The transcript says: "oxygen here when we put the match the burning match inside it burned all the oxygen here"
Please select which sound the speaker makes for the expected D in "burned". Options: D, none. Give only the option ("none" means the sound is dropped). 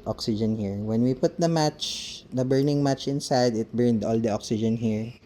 D